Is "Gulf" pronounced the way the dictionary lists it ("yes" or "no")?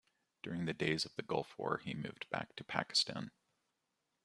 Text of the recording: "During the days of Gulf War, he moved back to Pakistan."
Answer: yes